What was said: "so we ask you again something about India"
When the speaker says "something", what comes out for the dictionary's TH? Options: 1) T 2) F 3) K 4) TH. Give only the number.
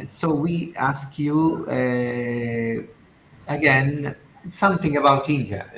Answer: 4